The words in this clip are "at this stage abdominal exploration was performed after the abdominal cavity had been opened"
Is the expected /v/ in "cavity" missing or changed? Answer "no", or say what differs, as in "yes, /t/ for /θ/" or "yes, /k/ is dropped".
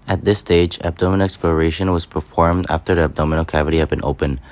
no